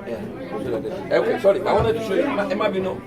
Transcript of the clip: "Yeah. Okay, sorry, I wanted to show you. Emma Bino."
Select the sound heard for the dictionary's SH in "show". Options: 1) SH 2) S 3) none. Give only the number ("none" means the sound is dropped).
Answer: 2